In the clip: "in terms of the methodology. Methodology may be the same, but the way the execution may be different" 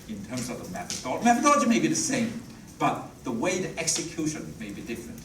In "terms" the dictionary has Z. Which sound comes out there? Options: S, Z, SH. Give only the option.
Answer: Z